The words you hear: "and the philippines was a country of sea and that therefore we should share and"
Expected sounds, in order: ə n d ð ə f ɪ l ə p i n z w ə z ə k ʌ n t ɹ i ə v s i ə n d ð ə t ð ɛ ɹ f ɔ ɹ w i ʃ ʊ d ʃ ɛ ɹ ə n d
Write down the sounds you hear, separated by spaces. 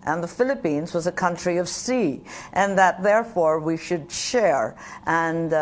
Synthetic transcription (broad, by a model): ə n ð ə f ɪ l ə p i n z w ə z ə k ʌ n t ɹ i ə v s i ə n ð ə t ð ɛ ɹ f ɔ ɹ w i ʃ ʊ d ʃ ɛ ɹ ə n